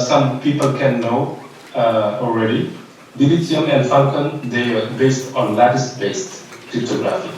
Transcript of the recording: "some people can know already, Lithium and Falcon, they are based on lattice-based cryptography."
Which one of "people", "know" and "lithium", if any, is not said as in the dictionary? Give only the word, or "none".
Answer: lithium